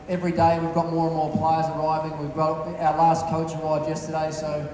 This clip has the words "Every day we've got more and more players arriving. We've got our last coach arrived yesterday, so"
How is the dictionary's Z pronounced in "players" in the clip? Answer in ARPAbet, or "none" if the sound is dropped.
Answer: Z